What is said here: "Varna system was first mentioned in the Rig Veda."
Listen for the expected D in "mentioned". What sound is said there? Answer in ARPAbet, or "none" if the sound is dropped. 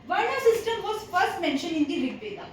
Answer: none